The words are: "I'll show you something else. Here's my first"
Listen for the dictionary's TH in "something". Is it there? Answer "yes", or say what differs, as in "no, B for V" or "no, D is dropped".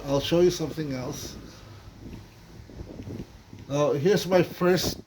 yes